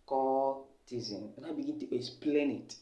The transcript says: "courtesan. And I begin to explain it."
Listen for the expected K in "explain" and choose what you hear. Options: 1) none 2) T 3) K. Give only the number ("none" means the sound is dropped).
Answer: 1